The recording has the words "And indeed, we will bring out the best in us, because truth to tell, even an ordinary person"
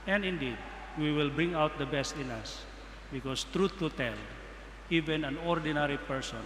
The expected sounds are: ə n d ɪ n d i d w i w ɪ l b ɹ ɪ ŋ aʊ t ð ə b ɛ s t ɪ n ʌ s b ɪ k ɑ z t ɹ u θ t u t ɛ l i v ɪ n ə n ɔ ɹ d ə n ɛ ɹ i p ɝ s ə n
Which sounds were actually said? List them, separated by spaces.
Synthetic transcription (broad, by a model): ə n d ɪ n d i d w i w ɪ l b ɹ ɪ ŋ aʊ t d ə b ɛ s t ɪ n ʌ s b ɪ k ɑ s t ɹ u t u t ɛ l i v ɪ n ə n ɔ ɹ d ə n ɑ ɹ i p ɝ s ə n